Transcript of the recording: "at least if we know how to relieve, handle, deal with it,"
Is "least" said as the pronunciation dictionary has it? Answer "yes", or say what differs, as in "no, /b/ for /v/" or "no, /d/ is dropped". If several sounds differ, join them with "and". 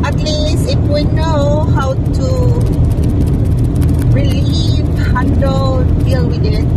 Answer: no, /t/ is dropped